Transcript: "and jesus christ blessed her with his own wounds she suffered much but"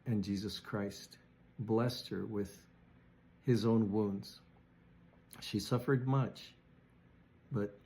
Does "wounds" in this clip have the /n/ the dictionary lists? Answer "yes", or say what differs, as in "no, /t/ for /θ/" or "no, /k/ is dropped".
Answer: yes